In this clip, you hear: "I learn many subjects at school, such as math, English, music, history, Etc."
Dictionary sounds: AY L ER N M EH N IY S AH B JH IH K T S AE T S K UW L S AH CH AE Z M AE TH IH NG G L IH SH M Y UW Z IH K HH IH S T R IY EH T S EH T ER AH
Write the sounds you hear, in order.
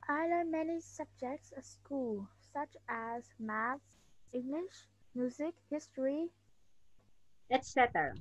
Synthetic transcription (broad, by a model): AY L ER M EH N IY S AH B JH IH K T S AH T S K UW L S AH CH AE Z M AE S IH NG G L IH SH M Y UW Z IH K HH IH S T R IY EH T S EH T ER